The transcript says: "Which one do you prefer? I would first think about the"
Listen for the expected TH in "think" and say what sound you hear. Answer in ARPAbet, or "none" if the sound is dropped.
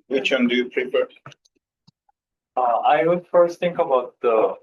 T